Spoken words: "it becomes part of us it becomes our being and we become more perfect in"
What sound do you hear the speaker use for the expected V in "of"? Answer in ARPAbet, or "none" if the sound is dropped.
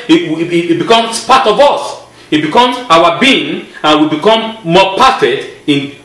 V